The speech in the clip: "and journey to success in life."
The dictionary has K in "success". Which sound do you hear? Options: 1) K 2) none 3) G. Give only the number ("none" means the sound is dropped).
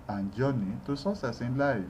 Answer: 2